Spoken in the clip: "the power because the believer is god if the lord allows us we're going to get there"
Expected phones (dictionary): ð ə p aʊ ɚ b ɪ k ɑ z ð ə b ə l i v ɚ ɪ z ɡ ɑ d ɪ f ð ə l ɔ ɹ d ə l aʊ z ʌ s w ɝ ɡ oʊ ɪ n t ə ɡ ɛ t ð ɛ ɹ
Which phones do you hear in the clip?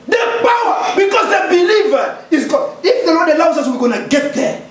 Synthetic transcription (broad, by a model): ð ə p aʊ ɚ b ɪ k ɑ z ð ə b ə l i v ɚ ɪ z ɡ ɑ ɪ f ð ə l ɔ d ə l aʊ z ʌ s w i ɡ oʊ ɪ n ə ɡ ɛ t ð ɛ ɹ